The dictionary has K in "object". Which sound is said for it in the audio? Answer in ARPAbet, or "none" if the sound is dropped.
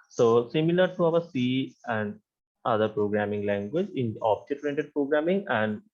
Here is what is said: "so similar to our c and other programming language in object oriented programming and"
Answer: none